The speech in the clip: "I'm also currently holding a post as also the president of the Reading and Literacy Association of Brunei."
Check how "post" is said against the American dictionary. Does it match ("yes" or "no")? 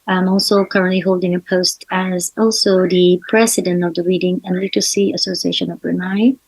yes